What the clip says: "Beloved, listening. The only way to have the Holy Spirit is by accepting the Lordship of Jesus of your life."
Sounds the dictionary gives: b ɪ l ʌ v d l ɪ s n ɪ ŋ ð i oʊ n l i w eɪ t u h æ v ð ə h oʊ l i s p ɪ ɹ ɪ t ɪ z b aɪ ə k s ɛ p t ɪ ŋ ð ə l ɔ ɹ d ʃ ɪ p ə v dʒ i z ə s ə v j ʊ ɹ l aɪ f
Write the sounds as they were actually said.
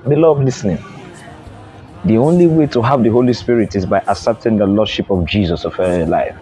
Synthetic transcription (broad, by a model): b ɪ l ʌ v l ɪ s n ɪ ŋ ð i oʊ n l i w eɪ t u h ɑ v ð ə h oʊ l i s p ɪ ɹ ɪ t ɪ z b aɪ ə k s ɛ p t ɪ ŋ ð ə l ɔ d ʃ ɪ p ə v dʒ i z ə s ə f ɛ l aɪ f